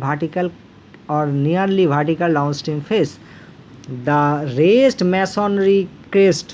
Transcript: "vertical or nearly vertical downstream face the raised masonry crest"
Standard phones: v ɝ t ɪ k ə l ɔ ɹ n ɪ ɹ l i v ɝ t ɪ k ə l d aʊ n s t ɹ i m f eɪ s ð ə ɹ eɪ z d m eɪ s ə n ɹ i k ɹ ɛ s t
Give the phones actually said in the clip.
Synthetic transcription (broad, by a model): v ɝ t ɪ k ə l ɔ ɹ n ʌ ɹ l i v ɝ t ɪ k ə l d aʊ n s t i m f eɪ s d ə ɹ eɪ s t m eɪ s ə n ɹ i k ɹ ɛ s t